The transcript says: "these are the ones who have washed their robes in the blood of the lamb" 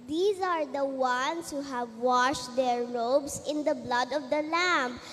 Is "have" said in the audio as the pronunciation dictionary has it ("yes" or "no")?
yes